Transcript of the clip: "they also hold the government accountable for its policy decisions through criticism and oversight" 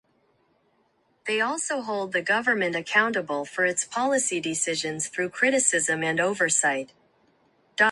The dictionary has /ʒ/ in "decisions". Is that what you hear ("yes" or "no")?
yes